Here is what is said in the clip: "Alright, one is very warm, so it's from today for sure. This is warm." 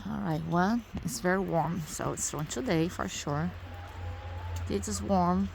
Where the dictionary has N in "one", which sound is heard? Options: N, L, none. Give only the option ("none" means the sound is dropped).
L